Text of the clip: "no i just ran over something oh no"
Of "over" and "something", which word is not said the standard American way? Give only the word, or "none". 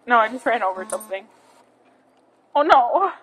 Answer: none